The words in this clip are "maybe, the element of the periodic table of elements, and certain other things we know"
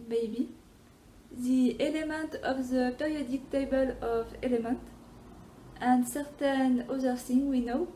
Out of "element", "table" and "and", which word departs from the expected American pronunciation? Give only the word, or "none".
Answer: none